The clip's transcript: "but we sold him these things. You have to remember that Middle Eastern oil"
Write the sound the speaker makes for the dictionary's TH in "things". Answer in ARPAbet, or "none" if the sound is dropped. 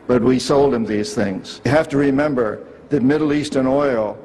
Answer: TH